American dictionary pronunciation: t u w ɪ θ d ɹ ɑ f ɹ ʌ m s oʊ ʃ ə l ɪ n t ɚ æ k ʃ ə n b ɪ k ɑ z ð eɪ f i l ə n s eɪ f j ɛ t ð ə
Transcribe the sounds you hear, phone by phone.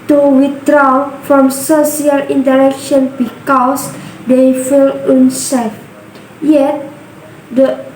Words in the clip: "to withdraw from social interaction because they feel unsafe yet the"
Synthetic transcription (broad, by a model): t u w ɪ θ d ɹ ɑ f ɹ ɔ m s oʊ s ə l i n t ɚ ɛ k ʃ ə n b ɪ k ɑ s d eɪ f i l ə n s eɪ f j ɛ t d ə